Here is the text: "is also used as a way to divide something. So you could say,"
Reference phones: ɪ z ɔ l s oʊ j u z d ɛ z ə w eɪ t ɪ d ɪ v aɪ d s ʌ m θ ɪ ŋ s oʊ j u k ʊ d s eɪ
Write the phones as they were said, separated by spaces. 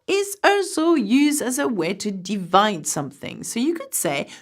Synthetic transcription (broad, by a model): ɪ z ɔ s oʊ j u z d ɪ z ə w eɪ t ɪ d ɪ v aɪ d s ʌ m θ ɪ ŋ s oʊ j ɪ k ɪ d s eɪ